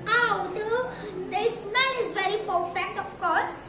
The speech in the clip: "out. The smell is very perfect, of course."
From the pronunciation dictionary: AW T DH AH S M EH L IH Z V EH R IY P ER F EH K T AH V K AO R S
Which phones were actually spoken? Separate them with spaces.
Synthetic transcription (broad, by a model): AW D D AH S M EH N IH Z V EH R IY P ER F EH K T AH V K AO R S